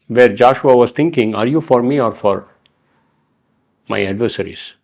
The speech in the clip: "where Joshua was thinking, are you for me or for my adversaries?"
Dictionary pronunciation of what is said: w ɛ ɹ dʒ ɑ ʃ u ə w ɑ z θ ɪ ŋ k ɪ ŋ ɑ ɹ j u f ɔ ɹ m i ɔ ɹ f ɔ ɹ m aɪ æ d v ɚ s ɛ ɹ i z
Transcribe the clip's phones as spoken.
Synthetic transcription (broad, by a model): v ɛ ɹ dʒ ɑ ʃ u ə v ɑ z t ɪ ŋ k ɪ ŋ ɑ ɹ j u f ɔ ɹ m i ɔ ɹ f ɔ ɹ m aɪ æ d v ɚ s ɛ ɹ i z